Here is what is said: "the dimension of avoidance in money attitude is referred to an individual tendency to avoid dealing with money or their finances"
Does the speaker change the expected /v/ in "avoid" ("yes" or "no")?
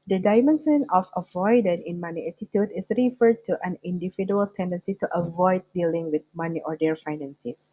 no